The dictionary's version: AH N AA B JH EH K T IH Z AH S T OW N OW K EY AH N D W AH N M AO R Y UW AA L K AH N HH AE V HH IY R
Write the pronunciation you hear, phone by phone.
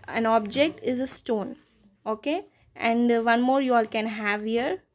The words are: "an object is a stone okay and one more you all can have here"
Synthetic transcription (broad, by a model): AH N AA B JH EH K T IH Z AH S T OW N OW K EY AH N D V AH N M AO R Y UW AA L K AH N HH AE V HH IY R